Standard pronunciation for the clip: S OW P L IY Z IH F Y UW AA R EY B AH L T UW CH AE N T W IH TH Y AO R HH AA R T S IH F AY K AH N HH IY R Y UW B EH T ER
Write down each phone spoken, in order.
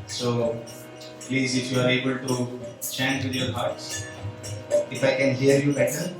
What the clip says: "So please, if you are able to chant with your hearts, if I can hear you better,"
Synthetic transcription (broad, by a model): S OW P L IY Z IH F Y UW AA R EY B AH L T UW CH AE N T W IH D Y AO R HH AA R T S IH F AY K AH N HH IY R Y UW B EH T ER